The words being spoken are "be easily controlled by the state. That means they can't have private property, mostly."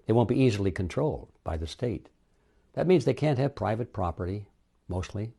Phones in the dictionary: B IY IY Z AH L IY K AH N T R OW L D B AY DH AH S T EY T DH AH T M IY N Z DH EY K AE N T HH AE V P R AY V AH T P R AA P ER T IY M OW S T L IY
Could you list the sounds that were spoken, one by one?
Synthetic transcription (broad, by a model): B IY IY Z L IY K AH N T R OW L D B AY DH AH S T EY T DH AH T M IY N Z DH EY K AE N T HH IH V P R AY V AH T P R AA P ER T IY M OW S T L IY